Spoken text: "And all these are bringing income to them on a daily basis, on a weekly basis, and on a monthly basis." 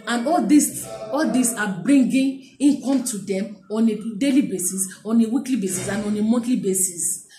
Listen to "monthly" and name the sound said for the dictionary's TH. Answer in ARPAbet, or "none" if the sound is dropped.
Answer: T